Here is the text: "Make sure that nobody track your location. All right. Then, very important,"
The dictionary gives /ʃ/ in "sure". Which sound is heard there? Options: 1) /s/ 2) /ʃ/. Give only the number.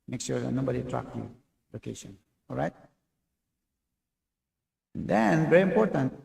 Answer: 1